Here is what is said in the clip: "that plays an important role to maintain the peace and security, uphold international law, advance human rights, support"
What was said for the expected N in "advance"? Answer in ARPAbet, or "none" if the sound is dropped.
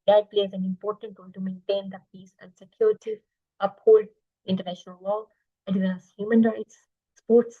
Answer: none